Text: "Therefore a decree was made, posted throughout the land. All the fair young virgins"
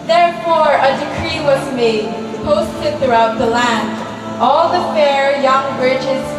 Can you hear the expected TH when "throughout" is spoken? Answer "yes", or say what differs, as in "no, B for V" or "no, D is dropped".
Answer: yes